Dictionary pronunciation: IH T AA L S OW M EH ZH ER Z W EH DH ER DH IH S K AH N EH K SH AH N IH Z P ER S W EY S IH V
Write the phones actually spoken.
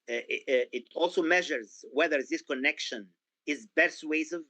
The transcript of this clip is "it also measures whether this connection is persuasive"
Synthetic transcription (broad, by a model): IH T AA L S OW M EH ZH ER Z W EH DH ER DH IH S K AH N EH K SH AH N IH Z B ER S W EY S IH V